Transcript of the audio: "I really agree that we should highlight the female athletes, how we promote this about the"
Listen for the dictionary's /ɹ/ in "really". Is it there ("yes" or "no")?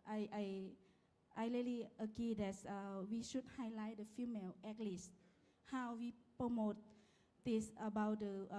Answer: no